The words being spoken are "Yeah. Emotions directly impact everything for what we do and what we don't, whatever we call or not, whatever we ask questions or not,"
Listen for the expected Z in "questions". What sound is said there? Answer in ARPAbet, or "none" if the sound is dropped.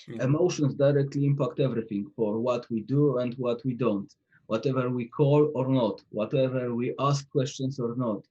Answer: S